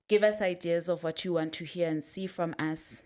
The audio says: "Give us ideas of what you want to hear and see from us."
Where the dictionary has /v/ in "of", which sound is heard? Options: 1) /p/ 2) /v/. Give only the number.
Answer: 2